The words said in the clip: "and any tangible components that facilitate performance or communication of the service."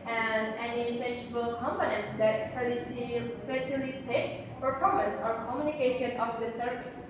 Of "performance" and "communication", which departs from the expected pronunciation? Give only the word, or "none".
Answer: none